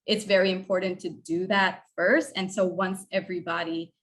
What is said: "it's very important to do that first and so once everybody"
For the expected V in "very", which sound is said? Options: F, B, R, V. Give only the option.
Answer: V